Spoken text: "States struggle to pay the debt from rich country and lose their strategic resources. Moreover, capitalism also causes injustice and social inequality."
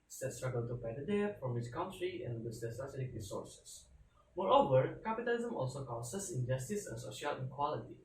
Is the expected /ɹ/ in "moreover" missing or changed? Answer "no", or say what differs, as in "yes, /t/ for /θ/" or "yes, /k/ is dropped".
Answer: no